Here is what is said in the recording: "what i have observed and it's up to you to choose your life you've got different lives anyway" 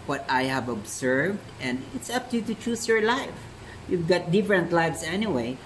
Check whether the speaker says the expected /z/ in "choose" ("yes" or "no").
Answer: no